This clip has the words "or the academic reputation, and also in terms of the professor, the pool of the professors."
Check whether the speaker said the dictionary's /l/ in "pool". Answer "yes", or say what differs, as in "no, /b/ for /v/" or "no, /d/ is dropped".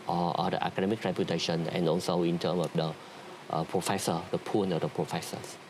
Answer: no, /n/ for /l/